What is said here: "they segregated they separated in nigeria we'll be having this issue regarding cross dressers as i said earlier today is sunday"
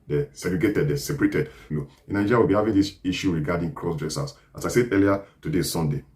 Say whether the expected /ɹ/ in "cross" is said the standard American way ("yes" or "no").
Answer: yes